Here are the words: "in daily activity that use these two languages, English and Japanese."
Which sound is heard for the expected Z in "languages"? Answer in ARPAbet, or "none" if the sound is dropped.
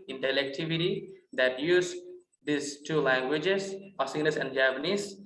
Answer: S